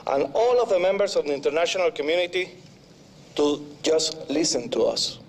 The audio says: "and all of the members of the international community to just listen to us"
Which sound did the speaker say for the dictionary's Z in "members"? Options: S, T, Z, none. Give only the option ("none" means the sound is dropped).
S